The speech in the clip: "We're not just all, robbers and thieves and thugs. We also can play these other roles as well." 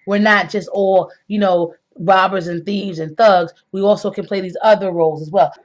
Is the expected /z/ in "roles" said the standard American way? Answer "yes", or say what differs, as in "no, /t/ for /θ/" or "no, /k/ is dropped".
yes